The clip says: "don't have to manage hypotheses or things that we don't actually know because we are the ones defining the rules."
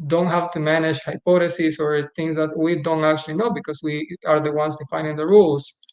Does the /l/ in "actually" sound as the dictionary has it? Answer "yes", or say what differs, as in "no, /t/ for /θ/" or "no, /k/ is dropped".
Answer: yes